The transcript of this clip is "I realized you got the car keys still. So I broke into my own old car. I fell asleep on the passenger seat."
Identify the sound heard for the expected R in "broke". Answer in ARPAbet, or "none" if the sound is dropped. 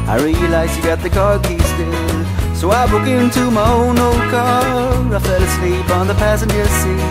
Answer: none